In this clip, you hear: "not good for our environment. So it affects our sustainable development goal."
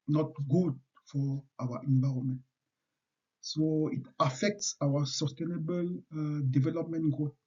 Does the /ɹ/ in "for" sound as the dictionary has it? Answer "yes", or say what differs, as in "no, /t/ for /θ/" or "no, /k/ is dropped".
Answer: no, /w/ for /ɹ/